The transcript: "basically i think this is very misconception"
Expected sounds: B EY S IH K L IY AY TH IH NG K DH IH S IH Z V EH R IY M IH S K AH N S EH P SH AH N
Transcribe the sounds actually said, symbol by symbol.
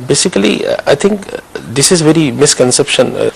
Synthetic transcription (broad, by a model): B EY S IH K L IY AY T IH NG K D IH S IH Z V EH R IY M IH S K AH N S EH P SH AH N